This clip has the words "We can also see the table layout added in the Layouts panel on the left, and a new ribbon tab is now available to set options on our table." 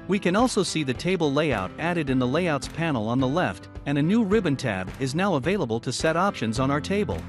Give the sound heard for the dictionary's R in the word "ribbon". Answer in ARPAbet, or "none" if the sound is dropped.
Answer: R